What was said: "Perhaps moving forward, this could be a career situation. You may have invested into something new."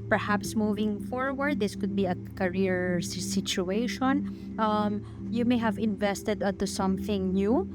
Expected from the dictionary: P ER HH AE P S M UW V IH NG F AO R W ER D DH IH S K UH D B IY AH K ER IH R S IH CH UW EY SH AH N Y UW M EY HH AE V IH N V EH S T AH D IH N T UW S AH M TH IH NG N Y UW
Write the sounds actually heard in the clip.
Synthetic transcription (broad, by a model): P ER HH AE P S M UW V IH NG F AO R W ER D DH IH S K UH D B IY AH K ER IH R S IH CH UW EY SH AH N Y UW M EY HH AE V IH N V EH S T AH D IH N T UW S AH M TH IH NG N Y UW